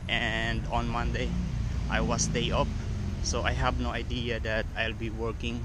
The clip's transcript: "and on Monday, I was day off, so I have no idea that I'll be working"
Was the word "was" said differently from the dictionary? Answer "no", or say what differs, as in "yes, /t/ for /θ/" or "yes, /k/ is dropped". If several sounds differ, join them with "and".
yes, /s/ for /z/